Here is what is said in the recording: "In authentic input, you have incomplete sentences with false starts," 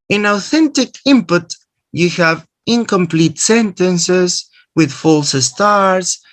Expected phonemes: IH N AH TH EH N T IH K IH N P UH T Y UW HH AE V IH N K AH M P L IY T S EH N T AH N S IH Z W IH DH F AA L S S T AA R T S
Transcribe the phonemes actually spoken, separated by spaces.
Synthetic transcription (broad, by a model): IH N AH TH EH N T IH K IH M P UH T Y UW HH AE V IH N K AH M P L IY T S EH N T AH N S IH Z W IH DH F AA L S S T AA R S